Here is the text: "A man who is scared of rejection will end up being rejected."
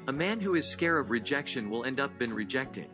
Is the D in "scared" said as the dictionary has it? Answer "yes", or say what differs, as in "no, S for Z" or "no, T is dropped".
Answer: no, D is dropped